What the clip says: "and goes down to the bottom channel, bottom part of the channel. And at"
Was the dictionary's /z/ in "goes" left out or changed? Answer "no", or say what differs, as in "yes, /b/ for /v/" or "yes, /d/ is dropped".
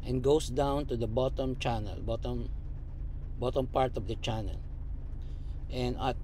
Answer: yes, /s/ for /z/